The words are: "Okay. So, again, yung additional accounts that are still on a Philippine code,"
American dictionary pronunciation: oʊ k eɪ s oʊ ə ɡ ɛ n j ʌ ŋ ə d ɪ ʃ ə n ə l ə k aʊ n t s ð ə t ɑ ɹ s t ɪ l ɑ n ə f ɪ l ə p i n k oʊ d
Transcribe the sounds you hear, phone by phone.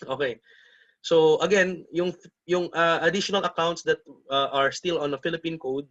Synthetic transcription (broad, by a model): oʊ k eɪ s oʊ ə ɡ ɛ n j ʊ ŋ ə d ɪ ʃ ə n ə l ə k aʊ n t s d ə t ɑ ɹ s t ɪ l ɑ n ə f ɪ l ə p i n k oʊ d